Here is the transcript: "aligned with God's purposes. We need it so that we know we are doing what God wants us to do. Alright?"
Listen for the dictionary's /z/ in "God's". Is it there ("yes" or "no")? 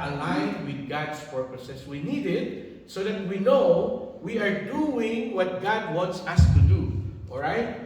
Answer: no